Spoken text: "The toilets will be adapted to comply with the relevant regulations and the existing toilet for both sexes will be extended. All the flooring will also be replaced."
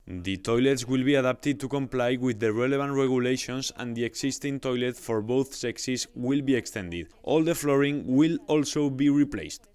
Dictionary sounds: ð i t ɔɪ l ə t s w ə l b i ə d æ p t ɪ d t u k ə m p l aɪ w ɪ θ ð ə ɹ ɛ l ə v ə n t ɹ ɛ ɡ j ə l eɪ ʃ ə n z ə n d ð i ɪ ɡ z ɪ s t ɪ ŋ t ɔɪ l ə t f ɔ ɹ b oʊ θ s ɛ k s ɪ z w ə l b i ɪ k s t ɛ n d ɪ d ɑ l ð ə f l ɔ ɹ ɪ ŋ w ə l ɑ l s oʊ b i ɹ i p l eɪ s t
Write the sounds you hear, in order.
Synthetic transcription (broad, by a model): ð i t ɔɪ l ə t s w ə l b i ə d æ p t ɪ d t u k ə m p l aɪ w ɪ ð ə ɹ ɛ l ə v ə n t ɹ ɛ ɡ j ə l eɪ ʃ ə n s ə n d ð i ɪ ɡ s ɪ s t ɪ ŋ t ɔɪ l ə t f ɔ ɹ b oʊ θ s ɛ k s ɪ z w ə l b i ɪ k s t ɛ n d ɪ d ɑ l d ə f l ɔ ɹ ɪ ŋ w ə l ɑ l s oʊ b i ɹ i p l eɪ s t